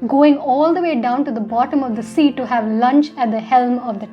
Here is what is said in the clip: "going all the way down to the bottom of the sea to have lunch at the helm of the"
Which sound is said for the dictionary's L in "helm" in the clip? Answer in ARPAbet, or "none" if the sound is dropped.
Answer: L